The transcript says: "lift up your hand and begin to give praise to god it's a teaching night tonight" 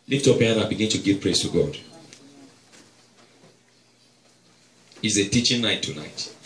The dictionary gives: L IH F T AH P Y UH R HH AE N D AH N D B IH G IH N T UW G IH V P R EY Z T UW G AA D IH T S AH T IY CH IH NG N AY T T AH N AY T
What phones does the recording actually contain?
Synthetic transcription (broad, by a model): L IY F T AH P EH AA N AH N B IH G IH N T UW G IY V P R EY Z T UW G AA D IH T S AH T IY CH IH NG N AY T T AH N AY T